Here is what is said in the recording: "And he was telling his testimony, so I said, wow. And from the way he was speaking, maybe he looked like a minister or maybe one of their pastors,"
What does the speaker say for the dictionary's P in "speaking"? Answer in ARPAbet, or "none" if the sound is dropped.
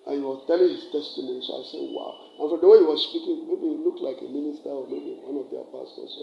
P